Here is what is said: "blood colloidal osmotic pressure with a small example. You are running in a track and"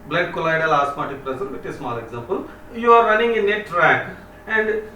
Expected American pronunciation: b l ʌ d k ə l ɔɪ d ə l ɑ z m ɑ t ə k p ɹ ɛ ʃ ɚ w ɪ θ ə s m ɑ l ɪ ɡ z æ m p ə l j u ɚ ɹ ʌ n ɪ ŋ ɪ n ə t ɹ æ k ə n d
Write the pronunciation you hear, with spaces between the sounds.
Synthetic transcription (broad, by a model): b l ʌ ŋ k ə l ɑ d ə l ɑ s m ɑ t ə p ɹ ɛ s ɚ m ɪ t ə s m ɑ l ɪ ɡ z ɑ m p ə l j u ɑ ɹ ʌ n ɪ ŋ ɪ n ə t ɹ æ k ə n d